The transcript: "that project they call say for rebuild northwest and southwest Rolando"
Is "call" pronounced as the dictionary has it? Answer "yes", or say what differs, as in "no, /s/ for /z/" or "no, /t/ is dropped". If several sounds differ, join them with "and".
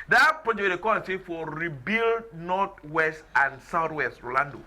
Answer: no, /n/ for /l/